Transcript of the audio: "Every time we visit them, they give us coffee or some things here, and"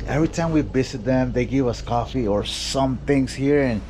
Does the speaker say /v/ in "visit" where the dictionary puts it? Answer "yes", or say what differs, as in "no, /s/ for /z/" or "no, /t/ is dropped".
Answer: no, /b/ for /v/